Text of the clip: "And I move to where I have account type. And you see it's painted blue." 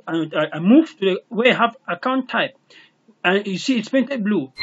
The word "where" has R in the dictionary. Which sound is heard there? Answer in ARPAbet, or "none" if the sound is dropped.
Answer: W